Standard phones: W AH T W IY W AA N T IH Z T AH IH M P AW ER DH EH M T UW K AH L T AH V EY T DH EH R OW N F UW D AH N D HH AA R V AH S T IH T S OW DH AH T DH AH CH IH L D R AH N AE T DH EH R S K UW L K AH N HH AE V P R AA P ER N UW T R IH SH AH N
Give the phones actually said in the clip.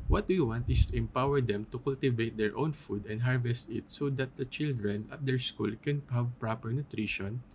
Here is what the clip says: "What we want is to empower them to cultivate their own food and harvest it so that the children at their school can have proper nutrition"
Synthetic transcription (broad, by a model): W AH T W IY W AA N T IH S T AH IH M P AW ER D EH M T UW K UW L T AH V EY T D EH R OW N F UW D AH N D HH AA R V AH S T IH T S OW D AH T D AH CH IH L D R AH N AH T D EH R S K UW L K AH N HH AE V P R AA P ER N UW T R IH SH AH N